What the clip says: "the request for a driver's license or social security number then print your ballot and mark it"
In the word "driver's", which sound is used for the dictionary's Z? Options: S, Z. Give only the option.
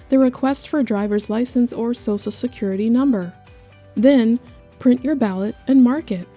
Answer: Z